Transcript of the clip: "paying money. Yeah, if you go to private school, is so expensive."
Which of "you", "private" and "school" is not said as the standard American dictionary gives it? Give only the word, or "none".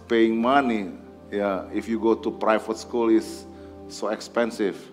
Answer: private